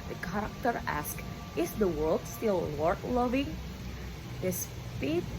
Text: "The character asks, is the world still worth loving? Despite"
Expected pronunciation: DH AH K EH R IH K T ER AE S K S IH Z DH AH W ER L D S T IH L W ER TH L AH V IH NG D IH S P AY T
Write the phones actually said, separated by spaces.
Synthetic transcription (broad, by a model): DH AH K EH R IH K T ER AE S K IH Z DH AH W ER L D S T IH L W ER T L AH V IH NG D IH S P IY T